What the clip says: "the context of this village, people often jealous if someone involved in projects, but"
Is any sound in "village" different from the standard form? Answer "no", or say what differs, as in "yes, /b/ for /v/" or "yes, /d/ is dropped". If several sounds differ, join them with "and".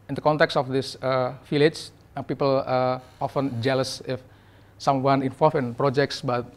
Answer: yes, /f/ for /v/